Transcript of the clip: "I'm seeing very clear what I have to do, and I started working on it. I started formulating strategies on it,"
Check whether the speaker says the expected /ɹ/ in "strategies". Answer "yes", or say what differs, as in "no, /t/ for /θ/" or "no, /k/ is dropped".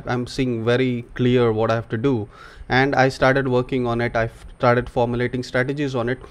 yes